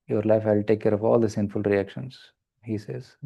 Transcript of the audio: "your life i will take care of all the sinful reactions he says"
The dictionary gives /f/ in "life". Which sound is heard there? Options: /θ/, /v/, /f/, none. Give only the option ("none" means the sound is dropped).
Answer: /f/